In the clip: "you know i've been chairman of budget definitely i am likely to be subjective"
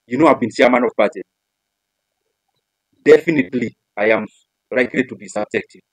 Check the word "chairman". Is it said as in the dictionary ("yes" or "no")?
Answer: no